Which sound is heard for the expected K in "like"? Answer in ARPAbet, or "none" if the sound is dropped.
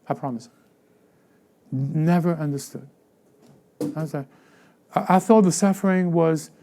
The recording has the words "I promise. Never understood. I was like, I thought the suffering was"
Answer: none